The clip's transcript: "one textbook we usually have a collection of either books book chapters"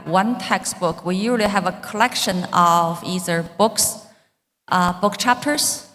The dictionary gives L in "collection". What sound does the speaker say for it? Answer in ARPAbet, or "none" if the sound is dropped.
L